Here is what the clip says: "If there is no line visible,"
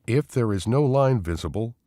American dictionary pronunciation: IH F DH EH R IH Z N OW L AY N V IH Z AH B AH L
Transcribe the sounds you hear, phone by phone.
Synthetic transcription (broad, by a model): IH F DH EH R IH Z N OW L AY N V IH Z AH B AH L